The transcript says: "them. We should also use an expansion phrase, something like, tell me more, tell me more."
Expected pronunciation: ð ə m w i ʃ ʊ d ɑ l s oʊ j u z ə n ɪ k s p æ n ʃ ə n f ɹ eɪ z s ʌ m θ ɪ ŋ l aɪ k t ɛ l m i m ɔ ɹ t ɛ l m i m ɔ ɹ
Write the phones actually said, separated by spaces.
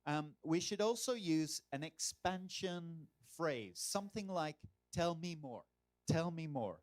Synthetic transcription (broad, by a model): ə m w i ʃ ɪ d ɑ l s oʊ j u z ə n ɪ k s p æ n ʃ ə n f ɹ eɪ z s ʌ m θ ɪ ŋ l aɪ k t ɛ l m i m ɔ ɹ t ɛ l m i m ɔ ɹ